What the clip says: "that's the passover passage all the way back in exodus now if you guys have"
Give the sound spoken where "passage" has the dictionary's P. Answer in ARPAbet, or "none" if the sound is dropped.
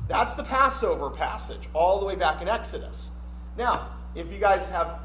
P